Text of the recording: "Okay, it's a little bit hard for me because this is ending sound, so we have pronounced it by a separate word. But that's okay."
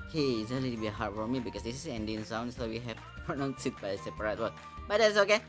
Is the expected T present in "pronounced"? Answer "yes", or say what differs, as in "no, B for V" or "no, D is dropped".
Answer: no, T is dropped